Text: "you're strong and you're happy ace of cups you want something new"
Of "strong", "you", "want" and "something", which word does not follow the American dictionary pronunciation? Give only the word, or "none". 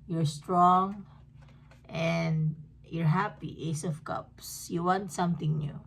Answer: something